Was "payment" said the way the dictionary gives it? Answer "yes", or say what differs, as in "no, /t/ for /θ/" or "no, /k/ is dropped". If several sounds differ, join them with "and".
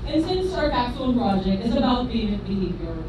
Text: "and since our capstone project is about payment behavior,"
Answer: no, /b/ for /p/